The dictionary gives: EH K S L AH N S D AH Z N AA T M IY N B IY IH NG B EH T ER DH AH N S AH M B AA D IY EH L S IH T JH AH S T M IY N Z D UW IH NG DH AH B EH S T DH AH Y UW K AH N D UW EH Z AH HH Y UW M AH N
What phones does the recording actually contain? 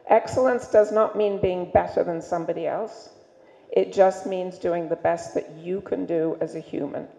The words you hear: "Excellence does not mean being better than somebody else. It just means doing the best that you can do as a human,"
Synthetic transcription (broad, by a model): EH K S L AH N S D AH Z N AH T M IY N B IY IH NG B EH T ER DH AH N S AH M B AA D IY EH L S IH T JH AH S T M IY N Z D UW IH NG DH AH B EH S T DH AH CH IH K AH N D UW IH Z AH HH Y UW M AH N